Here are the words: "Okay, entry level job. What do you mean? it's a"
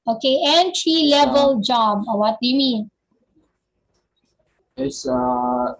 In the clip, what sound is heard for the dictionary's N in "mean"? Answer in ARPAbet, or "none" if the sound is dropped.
none